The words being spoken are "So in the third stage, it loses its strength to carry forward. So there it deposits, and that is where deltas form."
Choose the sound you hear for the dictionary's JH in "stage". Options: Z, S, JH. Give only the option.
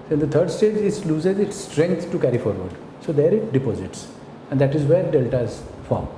JH